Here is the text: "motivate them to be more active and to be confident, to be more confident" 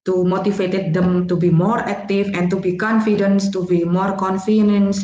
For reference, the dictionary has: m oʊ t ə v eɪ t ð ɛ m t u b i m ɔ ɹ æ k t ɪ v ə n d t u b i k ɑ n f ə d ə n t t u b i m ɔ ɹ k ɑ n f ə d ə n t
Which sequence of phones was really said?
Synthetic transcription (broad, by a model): m oʊ t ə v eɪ t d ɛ m t u b i m ɔ ɹ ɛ k t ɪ f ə n t u b i k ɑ n f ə d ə n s t u b i m ɔ ɹ k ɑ n f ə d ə n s